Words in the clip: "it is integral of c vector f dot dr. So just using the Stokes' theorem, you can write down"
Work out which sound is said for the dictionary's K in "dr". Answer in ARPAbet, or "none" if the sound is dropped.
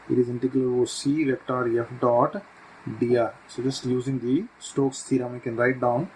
none